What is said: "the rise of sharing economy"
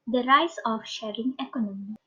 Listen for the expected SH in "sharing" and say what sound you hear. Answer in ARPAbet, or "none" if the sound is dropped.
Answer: SH